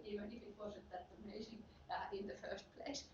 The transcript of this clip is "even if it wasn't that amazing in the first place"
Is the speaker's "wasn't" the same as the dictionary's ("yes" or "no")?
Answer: no